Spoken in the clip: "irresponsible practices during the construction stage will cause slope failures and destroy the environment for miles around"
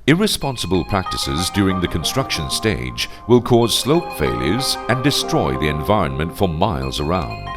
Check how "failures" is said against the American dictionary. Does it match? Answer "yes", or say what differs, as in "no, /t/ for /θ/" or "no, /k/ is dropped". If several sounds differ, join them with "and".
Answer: yes